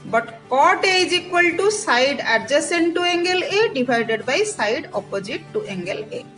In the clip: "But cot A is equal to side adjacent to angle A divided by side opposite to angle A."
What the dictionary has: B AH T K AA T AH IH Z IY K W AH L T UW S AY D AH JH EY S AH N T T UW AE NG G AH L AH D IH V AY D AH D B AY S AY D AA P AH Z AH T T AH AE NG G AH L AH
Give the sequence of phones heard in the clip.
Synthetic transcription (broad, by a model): B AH T K AA T AH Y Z IY K W AH L T UW S AY D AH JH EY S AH N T T UW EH NG G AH L AH D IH B AY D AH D B AY S AY D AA P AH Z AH T T AH NG G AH L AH